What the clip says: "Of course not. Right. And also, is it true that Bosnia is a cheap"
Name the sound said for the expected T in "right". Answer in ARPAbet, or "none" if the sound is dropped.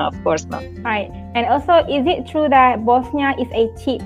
T